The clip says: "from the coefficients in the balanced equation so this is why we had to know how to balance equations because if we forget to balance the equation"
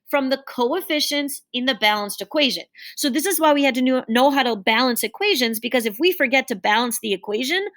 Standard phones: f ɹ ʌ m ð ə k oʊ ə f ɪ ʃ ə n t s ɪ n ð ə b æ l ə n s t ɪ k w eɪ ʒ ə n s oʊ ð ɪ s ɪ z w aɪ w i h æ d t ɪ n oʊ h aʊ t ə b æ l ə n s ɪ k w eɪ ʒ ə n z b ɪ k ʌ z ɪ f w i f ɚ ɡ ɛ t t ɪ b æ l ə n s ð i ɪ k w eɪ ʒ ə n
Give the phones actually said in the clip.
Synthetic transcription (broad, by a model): f ɹ ʌ m ð ə k oʊ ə f ɪ ʃ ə n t s ɪ n ð ə b æ l ə n s t ɪ k w eɪ ʒ ə n s oʊ ð ɪ s ɪ z w aɪ w i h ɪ d t ɪ n oʊ h aʊ t ə b æ l ə n s ɪ k w eɪ ʒ ə n z b ɪ k ʌ z ɪ f w i f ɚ ɡ ɛ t t ɪ b æ l ə n s ð i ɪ k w eɪ ʒ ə n